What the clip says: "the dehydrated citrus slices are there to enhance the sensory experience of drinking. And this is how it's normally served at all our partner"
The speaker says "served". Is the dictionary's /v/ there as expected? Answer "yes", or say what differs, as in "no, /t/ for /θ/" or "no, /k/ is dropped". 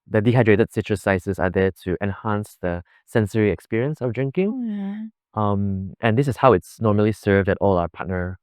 yes